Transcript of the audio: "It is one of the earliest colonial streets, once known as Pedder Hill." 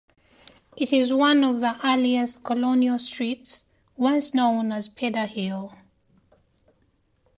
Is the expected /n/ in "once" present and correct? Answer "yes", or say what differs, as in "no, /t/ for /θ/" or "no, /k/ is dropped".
no, /l/ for /n/